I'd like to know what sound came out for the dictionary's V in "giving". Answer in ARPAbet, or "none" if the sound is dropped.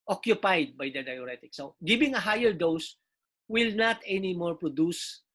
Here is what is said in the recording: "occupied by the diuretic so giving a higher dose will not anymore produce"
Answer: B